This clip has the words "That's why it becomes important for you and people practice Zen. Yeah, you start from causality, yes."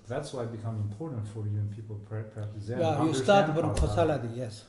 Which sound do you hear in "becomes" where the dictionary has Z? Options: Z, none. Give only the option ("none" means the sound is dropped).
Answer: none